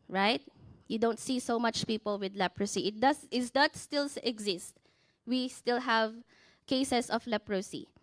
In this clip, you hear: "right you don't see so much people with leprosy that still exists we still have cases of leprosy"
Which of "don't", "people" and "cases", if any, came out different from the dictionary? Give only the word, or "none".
cases